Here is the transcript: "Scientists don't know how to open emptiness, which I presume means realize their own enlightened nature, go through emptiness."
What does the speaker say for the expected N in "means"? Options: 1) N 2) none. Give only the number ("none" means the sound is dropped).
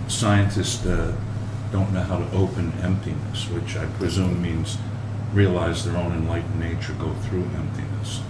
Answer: 1